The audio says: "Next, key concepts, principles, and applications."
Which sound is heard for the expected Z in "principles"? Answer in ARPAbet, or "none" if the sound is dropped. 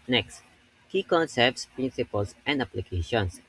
S